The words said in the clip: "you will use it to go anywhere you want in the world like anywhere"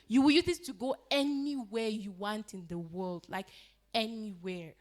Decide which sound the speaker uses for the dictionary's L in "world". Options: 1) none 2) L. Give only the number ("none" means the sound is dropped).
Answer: 2